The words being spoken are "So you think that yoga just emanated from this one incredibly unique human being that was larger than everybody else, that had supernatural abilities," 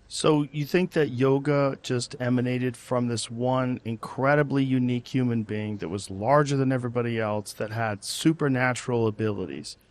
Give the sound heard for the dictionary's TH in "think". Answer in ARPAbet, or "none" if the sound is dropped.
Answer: TH